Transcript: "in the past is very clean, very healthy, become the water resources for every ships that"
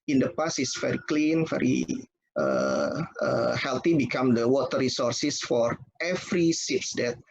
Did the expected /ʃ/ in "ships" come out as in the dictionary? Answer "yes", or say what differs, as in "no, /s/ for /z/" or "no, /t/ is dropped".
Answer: no, /s/ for /ʃ/